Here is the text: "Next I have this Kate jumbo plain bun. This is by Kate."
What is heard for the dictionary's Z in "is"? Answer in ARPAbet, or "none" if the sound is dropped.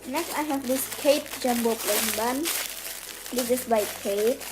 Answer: S